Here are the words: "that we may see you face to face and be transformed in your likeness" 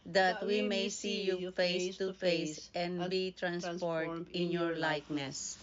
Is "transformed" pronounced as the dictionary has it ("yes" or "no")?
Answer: no